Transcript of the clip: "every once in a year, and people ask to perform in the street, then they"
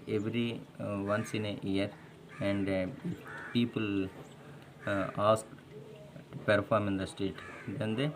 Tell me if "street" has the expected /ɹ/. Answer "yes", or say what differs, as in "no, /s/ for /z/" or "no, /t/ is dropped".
no, /ɹ/ is dropped